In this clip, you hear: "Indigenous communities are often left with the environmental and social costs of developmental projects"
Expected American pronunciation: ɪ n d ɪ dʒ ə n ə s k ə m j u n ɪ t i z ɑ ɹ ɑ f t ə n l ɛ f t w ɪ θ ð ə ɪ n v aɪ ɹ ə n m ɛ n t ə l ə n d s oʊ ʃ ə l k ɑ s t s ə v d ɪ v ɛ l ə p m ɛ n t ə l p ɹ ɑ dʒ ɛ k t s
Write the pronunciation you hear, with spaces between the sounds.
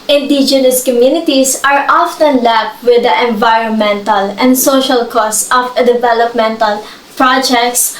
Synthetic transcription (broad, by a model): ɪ n d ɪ dʒ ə n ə s k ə m j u n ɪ t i s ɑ ɹ ɑ f t ə n l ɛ p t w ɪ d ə ɪ n v aɪ ɹ ə n m ɛ n t ə l ə n d s oʊ ʃ ə l k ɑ s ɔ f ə d ɪ v ɛ l ə p m ɛ n t ə l p ɹ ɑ dʒ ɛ k t s